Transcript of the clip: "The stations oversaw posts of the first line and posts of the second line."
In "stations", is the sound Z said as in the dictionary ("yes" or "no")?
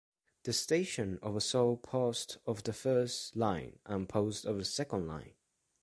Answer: no